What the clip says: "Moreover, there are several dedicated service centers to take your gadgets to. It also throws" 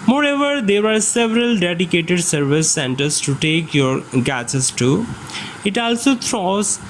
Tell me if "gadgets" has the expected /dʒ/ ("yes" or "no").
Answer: no